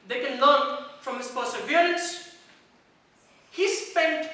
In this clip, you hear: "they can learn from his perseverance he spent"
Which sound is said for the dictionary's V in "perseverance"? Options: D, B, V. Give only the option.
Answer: B